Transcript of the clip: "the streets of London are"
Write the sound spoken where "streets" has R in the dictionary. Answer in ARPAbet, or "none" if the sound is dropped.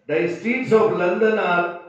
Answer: none